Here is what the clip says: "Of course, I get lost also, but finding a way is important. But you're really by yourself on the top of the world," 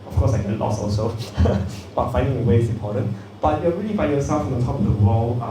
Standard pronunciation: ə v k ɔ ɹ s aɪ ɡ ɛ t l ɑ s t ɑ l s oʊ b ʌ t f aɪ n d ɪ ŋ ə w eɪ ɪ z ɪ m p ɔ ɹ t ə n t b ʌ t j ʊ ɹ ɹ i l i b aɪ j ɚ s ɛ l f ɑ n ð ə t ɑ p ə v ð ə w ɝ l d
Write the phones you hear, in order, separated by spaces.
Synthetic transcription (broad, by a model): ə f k ɔ s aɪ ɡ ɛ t l ɑ s ɑ l s oʊ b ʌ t f aɪ n d ɪ ŋ ə w eɪ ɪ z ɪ m p ɔ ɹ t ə n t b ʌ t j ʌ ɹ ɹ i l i b aɪ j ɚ s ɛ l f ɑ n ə t ɑ p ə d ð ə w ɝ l